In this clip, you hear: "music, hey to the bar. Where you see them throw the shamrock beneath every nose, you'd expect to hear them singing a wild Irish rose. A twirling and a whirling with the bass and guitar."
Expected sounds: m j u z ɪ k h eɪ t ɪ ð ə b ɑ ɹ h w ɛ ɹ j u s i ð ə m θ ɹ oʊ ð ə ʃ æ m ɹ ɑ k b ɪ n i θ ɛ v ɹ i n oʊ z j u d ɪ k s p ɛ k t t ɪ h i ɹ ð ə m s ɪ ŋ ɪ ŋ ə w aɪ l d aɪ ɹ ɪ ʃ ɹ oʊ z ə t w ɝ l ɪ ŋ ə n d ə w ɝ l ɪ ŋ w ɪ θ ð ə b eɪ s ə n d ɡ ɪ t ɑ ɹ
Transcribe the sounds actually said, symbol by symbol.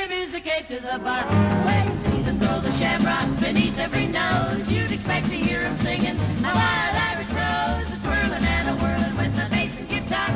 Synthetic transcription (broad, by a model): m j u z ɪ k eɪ t ɪ ð ə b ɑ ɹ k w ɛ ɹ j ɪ s i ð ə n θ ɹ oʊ ð ə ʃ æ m ɹ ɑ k b ɪ n i θ ɛ v ɹ i n oʊ z j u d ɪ k s p ɛ k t t ɪ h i ɹ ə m s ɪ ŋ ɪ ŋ ə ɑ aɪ d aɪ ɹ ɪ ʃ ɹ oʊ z ə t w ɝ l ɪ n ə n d ə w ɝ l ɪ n w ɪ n ð ə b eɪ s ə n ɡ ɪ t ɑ